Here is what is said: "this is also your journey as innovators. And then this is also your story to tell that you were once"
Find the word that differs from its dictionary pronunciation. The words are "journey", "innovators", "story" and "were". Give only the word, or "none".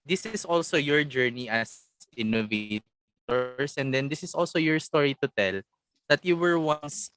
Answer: innovators